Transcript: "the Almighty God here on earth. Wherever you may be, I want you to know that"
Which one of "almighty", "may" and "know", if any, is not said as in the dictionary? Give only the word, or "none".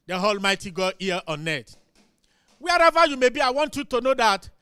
none